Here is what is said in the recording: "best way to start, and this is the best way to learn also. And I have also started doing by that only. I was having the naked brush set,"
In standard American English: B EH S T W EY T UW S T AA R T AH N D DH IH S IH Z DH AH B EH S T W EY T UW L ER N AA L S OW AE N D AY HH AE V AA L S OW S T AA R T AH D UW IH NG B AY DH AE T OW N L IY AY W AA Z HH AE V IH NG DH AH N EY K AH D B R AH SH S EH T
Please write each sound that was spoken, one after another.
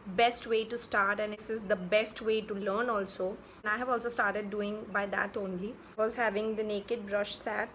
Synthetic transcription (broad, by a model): B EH S T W EY T UW S T AA R T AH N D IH S IH Z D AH B EH S T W EY T UW L ER N AA L S OW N AY HH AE V AA L S OW S T AA R T AH D UW IH NG B AY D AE T OW N L IY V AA Z HH AE V IH NG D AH N EY K AH D B R AH SH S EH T